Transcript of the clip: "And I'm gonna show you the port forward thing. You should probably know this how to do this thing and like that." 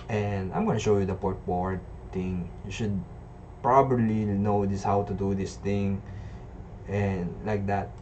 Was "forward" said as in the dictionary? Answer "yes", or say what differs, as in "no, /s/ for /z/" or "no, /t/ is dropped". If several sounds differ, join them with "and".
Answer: no, /p/ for /f/